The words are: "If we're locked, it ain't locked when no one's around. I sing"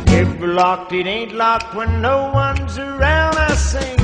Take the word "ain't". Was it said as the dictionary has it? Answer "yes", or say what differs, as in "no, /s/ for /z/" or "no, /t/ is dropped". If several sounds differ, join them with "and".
yes